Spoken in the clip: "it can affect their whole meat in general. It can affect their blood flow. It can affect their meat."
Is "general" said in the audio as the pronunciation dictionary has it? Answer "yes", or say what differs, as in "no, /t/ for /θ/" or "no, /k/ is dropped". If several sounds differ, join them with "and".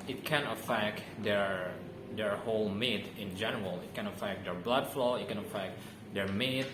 yes